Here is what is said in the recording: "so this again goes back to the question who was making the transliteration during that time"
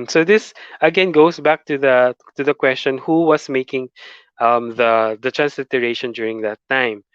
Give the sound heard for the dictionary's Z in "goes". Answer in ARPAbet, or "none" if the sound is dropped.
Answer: S